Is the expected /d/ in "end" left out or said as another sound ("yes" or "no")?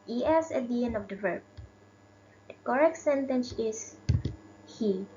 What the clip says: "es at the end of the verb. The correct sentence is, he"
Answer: yes